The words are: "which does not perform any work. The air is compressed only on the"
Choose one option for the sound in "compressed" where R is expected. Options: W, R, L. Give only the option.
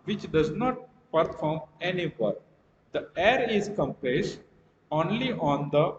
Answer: L